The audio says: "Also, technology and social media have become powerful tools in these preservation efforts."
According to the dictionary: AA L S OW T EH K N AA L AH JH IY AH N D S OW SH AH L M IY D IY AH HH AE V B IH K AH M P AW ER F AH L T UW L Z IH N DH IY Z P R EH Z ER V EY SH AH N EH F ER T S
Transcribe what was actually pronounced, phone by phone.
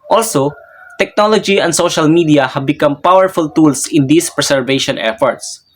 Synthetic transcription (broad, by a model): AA L S OW T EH K N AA L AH JH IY AH N D S OW SH AH L M IY D IY AH HH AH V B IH K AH M P AW ER F AH L T UW L S IH N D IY S P R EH S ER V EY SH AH N EH F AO T S